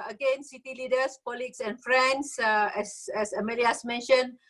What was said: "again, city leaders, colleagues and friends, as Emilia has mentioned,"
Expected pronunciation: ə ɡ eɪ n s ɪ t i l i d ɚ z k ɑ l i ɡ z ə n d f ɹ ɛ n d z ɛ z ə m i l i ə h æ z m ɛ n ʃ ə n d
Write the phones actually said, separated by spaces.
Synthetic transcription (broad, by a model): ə ɡ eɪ n s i t i l i d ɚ s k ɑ l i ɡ s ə n f ɹ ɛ n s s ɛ s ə m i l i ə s m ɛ n ʃ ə n